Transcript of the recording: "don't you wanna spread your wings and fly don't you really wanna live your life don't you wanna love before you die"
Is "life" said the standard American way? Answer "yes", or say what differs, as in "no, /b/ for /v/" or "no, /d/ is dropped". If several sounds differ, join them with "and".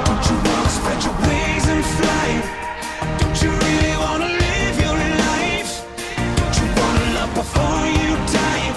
no, /n/ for /l/